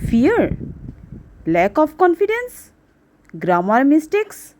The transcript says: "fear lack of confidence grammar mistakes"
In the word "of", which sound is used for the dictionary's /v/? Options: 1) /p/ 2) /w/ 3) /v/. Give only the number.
1